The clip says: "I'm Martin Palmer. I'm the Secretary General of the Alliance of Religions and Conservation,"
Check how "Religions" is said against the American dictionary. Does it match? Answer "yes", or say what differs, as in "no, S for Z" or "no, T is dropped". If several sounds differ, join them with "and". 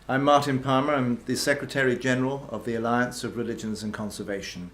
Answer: yes